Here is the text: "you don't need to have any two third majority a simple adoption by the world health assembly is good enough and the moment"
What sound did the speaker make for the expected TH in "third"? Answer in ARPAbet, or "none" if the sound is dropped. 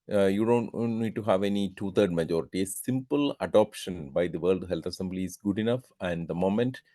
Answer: T